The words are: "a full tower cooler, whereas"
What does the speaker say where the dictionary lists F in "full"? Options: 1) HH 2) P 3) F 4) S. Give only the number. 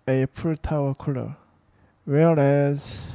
2